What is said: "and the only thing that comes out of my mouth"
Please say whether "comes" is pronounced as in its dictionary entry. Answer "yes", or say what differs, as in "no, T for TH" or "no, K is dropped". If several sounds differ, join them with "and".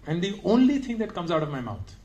yes